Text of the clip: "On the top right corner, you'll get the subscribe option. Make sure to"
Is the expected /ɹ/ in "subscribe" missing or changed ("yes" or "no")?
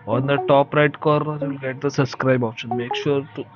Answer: no